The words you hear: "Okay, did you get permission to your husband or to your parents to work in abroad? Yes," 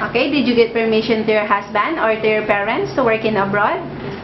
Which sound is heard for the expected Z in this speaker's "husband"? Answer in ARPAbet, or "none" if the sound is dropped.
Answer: S